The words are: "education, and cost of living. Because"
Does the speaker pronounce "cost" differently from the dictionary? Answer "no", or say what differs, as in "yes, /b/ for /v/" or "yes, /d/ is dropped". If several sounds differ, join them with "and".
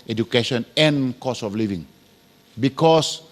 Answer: yes, /t/ is dropped